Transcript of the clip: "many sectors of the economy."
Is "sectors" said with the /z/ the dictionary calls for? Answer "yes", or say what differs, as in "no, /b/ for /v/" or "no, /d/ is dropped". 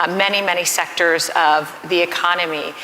yes